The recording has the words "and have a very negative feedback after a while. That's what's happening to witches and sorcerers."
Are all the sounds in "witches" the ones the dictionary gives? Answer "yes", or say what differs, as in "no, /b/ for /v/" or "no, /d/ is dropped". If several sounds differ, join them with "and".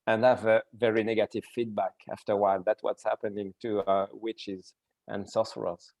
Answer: yes